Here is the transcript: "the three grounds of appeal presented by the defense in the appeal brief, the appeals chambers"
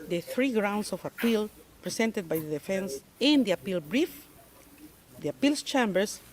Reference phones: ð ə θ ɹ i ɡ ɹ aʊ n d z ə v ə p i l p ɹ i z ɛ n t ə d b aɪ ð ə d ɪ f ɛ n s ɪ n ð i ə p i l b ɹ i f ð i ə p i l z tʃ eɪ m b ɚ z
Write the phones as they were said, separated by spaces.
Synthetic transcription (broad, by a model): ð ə θ ɹ i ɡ ɹ aʊ n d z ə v ə p i l p ɹ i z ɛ n t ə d b aɪ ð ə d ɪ f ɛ n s ɪ n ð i ə p i l b ɹ i f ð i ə p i l s tʃ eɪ m b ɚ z